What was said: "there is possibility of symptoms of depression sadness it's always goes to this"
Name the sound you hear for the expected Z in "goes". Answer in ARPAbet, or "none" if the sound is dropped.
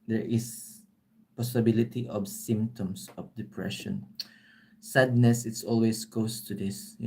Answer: S